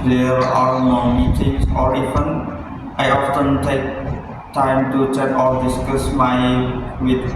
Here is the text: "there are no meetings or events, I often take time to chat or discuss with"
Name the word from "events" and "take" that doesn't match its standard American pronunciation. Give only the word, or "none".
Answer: events